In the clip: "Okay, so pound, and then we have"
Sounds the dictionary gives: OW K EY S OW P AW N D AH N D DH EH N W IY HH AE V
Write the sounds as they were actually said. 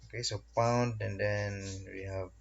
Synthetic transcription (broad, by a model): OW K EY S OW P AW N D AH N D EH N W IY HH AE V